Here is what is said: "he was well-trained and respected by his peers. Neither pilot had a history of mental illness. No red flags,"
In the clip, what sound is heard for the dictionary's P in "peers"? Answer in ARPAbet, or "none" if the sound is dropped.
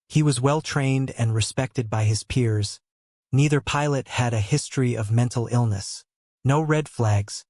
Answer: P